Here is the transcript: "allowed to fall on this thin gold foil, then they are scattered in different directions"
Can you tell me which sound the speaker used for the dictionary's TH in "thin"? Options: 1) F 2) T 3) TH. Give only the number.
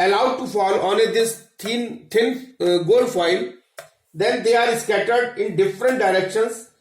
2